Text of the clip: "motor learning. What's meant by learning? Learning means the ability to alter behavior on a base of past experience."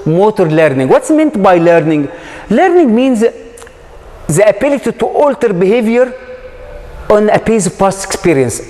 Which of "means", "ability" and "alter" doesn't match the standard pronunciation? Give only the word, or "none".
none